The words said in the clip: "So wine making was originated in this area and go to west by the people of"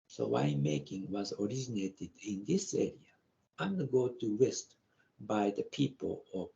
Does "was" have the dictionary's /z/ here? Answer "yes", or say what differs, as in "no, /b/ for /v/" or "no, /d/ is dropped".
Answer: yes